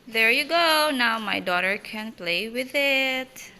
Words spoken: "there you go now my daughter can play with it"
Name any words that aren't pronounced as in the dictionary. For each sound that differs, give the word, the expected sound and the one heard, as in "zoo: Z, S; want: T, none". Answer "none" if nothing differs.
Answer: none